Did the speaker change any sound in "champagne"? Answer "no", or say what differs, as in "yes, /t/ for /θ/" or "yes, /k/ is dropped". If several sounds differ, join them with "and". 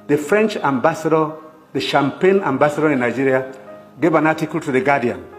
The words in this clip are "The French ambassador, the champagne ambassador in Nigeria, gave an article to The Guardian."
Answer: no